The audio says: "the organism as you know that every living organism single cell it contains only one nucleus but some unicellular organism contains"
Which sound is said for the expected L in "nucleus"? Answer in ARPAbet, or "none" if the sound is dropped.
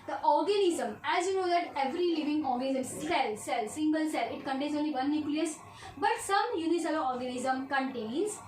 L